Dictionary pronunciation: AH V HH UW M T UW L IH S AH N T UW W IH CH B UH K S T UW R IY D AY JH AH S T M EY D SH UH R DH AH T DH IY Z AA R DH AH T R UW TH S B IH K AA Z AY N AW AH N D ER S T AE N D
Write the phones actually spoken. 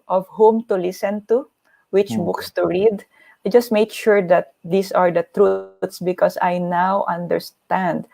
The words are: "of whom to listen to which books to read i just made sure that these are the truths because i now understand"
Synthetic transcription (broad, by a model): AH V HH UW M T UW L IH S AH N T UW W IH CH B UH K S T UW R IY D AY JH AH S T M EY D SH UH R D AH T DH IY S AA R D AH T R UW T S B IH K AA S AY N AW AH N D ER S T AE N D